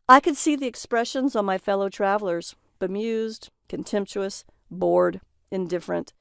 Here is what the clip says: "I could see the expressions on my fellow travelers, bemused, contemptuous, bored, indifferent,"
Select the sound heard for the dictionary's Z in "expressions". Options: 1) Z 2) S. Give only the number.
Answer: 1